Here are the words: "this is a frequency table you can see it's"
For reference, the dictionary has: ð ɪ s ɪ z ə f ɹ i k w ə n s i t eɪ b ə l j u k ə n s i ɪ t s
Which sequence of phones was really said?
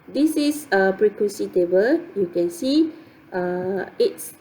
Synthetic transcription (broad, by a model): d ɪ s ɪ s ə p ɹ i k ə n s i t eɪ b ə l j u k ə n s i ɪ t s